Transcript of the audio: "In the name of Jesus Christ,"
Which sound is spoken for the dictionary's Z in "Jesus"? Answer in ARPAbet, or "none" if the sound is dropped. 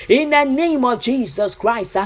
Z